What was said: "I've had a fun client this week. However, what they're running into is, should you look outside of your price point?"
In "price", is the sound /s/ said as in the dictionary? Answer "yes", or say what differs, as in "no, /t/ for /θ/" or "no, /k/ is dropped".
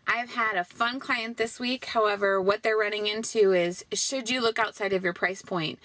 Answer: yes